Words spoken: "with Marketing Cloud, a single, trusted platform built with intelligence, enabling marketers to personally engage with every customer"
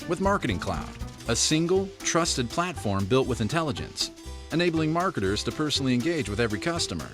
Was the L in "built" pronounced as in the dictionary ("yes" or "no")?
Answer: yes